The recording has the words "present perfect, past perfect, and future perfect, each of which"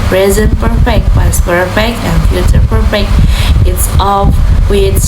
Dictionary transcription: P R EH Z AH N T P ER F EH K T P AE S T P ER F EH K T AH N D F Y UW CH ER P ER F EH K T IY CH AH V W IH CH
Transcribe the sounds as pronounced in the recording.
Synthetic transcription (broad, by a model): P R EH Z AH N P ER F EH K T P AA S P ER F EH K T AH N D F Y UW CH ER P ER F EH K T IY S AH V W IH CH